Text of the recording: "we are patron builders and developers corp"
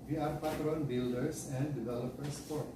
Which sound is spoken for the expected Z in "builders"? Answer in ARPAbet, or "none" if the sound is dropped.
S